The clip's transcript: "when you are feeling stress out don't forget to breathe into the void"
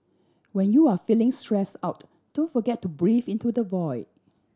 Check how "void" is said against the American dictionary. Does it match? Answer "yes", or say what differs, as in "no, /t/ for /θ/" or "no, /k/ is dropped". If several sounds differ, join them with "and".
yes